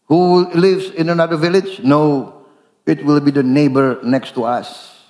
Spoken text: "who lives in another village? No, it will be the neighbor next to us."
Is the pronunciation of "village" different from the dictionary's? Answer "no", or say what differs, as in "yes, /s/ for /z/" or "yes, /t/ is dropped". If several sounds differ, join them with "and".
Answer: no